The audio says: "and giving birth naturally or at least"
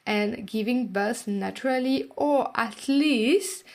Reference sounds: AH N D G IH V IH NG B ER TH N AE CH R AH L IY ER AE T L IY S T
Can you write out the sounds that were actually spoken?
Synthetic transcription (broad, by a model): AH N G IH V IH NG B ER S N AE CH R AH L IY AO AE T L IY S T